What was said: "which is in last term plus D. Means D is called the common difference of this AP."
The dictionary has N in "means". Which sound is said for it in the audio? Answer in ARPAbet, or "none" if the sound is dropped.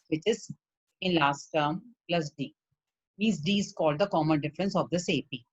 none